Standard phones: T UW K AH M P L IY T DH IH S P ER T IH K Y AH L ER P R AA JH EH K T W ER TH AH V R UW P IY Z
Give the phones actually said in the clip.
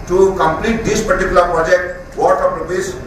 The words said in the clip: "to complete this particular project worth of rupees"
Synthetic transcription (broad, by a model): T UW K AH M P L IY T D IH S P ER T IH K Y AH L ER P R AA JH EH K T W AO T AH P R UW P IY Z